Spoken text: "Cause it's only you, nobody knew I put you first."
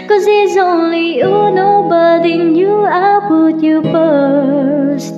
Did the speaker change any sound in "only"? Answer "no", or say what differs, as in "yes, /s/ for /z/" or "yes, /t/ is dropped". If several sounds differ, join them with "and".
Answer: no